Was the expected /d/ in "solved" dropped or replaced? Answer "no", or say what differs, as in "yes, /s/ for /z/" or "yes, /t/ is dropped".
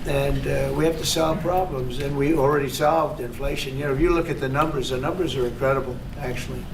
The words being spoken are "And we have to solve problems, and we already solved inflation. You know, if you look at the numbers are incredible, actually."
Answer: no